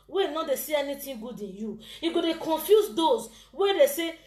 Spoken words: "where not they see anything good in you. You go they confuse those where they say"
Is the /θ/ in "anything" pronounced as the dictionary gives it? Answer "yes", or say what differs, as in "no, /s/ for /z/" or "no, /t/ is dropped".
no, /t/ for /θ/